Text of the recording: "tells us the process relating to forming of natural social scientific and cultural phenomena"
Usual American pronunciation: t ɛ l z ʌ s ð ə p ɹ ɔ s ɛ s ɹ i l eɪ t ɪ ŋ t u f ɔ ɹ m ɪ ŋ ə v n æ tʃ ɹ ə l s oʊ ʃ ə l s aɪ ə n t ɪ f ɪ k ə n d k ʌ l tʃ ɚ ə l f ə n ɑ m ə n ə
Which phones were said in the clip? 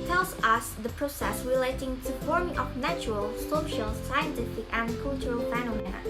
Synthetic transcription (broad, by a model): t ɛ l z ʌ s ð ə p ɹ ɔ s ɛ s ɹ i l eɪ t ɪ ŋ t u f ɔ ɹ m ɪ ŋ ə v n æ tʃ ɹ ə l s oʊ ʃ ə l s aɪ ə n t ɪ f ɪ k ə n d k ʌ l tʃ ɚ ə l f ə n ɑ m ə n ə